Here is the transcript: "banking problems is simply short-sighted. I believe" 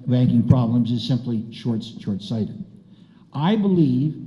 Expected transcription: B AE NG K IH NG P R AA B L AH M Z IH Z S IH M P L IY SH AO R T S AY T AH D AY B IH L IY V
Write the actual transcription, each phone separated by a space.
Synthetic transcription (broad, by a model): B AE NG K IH NG P R AA B L AH M Z IH Z S IH M P L IY SH AO R T S AY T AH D AY B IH L IY V